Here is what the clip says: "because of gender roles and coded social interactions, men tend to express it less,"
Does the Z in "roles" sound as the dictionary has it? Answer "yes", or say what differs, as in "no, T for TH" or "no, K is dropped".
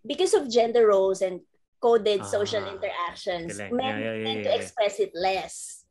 no, S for Z